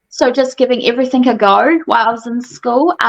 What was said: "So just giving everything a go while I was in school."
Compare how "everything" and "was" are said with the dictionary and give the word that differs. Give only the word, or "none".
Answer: none